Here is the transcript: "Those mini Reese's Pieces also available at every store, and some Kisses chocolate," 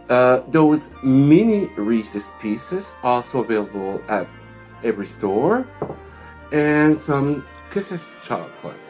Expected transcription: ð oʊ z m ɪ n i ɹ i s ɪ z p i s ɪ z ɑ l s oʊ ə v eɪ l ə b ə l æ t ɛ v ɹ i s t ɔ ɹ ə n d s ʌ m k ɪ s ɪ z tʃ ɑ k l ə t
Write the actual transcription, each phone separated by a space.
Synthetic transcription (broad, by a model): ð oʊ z m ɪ n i ɹ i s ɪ s p i s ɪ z ɑ l s oʊ ə v eɪ l ə b ə l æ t ɛ v ɹ i s t ɔ ɹ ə n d s ʌ m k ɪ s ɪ s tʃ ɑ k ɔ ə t